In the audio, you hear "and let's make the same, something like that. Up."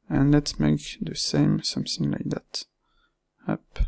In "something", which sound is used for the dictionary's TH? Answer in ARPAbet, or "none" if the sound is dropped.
S